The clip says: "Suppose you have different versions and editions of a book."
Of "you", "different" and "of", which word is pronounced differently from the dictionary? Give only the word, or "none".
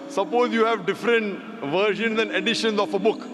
of